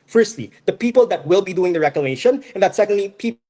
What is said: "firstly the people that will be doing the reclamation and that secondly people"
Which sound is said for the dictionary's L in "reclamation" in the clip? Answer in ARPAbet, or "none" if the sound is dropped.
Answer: none